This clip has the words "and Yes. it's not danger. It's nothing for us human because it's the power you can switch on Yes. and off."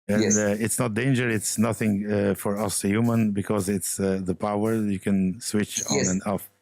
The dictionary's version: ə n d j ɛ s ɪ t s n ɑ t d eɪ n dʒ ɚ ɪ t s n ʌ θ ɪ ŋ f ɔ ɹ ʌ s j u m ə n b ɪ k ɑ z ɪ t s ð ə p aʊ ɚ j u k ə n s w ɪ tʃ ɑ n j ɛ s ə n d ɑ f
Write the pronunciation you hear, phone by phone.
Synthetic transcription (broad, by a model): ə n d ɪ t s n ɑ t d eɪ n dʒ ɚ ɪ t s n ʌ θ ɪ ŋ f ɔ ɹ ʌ s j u m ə n b ɪ k ɑ z ɪ t s ð ə p aʊ ɚ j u k ə n s w ɪ tʃ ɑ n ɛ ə n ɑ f